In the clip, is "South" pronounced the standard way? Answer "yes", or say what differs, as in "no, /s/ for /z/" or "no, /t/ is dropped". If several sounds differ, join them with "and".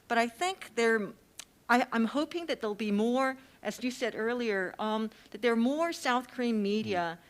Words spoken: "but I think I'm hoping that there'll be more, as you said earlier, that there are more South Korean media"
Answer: yes